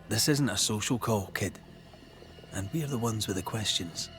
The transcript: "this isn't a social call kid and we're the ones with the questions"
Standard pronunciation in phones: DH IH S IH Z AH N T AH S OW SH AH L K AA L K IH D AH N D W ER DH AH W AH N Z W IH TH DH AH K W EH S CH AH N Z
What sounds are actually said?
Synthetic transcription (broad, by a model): DH IH S IH Z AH N T AH S OW SH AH L K AA L K IH D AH N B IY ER DH AH W AH N Z W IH DH AH K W EH S CH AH N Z